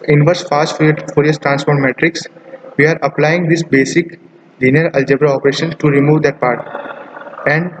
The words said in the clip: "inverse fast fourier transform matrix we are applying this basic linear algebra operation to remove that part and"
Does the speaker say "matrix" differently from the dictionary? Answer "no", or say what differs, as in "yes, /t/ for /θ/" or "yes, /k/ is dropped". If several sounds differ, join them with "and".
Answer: no